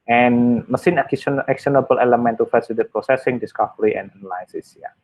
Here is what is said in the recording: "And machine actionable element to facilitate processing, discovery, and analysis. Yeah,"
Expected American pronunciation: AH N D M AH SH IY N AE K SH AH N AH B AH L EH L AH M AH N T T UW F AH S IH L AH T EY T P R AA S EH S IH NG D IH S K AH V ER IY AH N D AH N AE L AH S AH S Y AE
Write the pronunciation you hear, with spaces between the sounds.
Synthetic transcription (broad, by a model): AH N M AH S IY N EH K S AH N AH B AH L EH L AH M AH N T T UW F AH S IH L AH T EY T P R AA S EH S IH NG D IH S K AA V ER IY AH N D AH N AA L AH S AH S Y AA